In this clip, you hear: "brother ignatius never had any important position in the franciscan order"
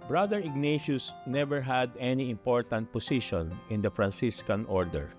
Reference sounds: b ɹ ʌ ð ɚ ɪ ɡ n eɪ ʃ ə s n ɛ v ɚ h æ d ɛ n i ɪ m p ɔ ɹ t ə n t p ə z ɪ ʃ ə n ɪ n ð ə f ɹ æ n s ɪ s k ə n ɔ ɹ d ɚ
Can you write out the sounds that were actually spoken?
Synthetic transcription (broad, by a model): b ɹ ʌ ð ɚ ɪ ɡ n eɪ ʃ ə s n ɛ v ɚ h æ d ɛ n i ɪ m p ɔ ɹ t ə n t p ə s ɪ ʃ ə n ɪ n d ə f ɹ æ n s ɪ s k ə n ɔ ɹ d ɚ